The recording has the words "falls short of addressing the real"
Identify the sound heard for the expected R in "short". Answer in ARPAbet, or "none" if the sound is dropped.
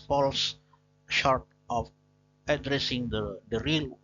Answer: R